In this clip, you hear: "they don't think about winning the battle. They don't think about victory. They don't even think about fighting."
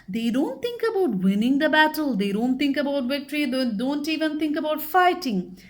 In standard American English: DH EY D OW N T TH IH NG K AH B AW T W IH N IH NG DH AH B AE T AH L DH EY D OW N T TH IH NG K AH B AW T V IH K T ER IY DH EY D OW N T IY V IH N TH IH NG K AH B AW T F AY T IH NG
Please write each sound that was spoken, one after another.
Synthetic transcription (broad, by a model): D EY D OW N T T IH NG K AH B AW T W IH N IH NG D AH B AE T AH L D EY D OW N T T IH NG K AH B AW T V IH K T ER IY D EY D OW N T IY V IH N T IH NG K AH B AW T F AY T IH NG